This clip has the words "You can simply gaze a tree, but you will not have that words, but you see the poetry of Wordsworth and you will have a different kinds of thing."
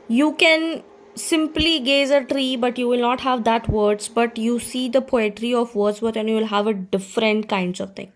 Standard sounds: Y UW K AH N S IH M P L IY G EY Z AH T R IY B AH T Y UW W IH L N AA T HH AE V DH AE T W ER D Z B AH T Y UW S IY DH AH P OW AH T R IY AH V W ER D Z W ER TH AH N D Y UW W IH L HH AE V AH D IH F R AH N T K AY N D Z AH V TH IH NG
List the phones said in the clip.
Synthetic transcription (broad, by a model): Y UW K AH N S IH M P L IY G EY Z AH T R IY B AH T Y UW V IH L N AA T HH AE V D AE T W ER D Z B AH T Y UW S IY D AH P OW AH T R IY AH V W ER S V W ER T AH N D Y UW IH L HH AE V AH D IH F R AH N T K AY N D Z AH V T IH NG